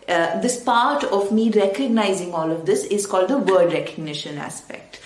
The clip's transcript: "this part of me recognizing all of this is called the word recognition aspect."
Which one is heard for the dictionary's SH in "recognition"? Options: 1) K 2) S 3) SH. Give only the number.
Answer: 3